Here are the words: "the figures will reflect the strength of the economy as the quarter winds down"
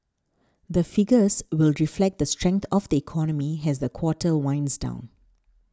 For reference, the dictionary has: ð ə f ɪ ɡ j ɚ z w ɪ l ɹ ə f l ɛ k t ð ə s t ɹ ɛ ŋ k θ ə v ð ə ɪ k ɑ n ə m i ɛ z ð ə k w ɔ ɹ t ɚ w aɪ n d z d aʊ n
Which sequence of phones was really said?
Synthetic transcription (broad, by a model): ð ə f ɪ ɡ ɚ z w ɪ l ɹ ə f l ɛ k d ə s t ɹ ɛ ŋ k t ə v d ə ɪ k ɑ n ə m i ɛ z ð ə k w ɔ t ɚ w aɪ n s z d aʊ n